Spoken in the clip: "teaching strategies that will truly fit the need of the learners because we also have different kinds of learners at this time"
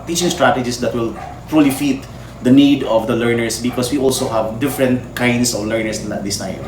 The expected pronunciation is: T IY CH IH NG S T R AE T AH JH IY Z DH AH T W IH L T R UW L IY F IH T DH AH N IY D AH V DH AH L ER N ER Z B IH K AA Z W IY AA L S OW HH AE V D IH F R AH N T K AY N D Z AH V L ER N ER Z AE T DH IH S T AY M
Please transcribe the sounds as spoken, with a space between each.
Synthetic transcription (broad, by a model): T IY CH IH NG S T R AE T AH JH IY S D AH T W IH L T R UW L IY F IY T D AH N IY D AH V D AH L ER N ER S B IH K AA S W IY AA L S OW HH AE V D IH F R AH N T K AY N D S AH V L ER N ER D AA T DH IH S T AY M